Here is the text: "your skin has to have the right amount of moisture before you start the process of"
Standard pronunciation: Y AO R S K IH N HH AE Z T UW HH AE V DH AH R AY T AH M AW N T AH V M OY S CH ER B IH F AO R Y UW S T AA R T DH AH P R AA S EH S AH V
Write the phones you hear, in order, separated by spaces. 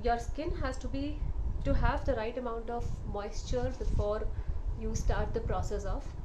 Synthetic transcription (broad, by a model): Y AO R S K IH N HH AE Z T UW HH AE V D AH R AY T AH M AW N T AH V M OY S CH ER B IH F AO R Y UW S T AA R T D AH P R AA S EH S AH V